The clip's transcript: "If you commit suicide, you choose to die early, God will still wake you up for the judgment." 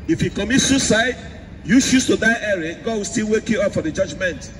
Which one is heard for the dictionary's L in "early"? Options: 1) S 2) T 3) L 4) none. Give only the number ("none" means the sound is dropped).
4